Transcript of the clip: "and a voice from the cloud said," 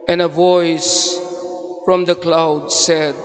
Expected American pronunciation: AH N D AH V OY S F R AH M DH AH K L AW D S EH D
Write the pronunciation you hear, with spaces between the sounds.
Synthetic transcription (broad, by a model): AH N AH V OY S F R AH M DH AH K L AW D S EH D